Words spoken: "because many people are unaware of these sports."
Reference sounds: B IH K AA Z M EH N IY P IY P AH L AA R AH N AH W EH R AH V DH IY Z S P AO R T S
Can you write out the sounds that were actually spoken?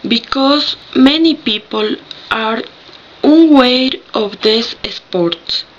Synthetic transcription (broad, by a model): B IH K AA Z M EH N IY P IY P AH L AA R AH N W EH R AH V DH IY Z S P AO R T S